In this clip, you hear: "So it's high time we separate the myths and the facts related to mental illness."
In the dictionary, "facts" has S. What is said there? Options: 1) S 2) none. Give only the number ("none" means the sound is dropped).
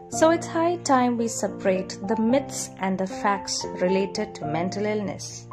1